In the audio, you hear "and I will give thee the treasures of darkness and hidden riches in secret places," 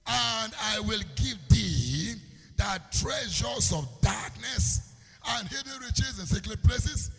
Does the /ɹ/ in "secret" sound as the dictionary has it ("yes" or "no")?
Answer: no